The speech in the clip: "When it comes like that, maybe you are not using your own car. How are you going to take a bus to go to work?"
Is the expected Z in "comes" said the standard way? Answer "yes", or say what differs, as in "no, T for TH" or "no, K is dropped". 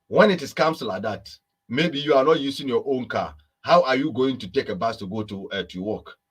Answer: no, S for Z